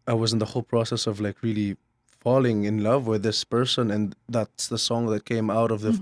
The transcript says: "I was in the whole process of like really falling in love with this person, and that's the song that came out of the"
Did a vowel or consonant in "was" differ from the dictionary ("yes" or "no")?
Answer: no